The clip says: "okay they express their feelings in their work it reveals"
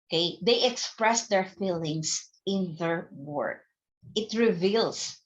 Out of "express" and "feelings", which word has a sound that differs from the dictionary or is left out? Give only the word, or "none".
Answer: feelings